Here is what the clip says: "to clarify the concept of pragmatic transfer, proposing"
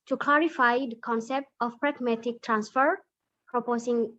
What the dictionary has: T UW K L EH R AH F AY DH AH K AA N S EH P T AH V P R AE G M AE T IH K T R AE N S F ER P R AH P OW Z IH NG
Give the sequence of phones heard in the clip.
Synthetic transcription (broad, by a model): T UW K L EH R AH F AY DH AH K AA N S EH P T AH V P R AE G M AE T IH K T R AE N S F ER P R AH P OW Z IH NG